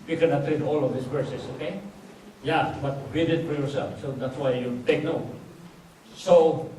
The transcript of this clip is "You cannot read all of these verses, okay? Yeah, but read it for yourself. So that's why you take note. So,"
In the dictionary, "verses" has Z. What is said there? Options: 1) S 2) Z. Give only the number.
1